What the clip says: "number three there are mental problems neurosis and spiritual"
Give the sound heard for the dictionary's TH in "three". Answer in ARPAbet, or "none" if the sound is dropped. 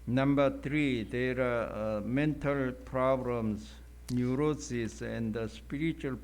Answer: T